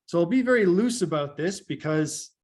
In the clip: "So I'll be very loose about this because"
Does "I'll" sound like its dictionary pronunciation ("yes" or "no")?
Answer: yes